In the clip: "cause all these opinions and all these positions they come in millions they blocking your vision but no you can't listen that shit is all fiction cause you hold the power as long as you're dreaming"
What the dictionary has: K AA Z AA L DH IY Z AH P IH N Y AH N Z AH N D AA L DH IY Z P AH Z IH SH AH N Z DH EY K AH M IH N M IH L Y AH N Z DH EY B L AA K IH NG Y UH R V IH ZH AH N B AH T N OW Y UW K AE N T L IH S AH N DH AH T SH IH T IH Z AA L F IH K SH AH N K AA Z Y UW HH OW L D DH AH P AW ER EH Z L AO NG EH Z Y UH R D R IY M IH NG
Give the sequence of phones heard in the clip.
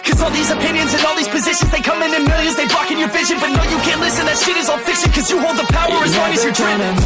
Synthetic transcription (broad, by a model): K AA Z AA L DH IY Z AH P IH N Y AH N Z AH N AA L DH IY Z P AH Z IH SH AH N Z DH EY K AH M IH N M IH L Y AH N Z DH EY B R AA K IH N Y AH R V IH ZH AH N B AH T N OW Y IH K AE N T L IH S AH N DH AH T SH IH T IH Z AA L F IH K SH AH N K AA Z Y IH HH OW L D DH AH P AW ER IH Z W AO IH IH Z Y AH R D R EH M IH